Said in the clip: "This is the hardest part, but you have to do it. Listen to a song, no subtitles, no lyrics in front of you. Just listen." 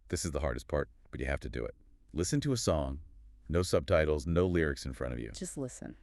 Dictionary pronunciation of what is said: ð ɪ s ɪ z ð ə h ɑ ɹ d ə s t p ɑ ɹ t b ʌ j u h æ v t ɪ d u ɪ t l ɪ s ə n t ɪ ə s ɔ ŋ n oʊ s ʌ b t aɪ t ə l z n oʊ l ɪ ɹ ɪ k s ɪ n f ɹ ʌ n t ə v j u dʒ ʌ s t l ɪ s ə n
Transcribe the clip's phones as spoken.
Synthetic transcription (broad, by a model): ð ɪ s ɪ z ð ə h ɑ ɹ d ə s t p ɑ ɹ t b ʌ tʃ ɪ h æ f t ɪ d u ɪ t l ɪ s ə n t ɪ ə s ɔ ŋ n oʊ s ʌ b t aɪ t l z n oʊ l ɪ ɹ ɪ k s ɪ n f ɹ ʌ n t ə v j u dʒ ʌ s t l ɪ s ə n